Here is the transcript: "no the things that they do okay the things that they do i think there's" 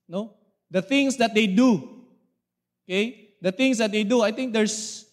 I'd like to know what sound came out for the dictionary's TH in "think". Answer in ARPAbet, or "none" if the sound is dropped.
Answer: T